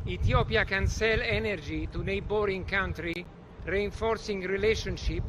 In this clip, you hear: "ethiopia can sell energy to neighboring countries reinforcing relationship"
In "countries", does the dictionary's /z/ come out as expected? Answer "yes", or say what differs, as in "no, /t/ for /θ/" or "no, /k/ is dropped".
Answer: no, /z/ is dropped